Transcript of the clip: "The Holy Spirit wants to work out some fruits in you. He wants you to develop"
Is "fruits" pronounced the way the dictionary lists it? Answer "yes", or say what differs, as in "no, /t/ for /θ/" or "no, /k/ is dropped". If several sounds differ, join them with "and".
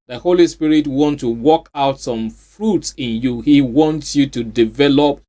yes